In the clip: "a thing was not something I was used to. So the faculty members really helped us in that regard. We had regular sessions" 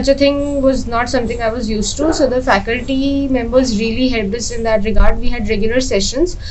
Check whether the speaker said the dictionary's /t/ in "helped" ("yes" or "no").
no